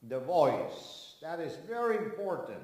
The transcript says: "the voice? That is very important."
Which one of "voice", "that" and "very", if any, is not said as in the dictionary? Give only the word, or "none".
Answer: none